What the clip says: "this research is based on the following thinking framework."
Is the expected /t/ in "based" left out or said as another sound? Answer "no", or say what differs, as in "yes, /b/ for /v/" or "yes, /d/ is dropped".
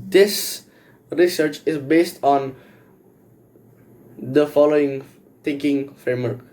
no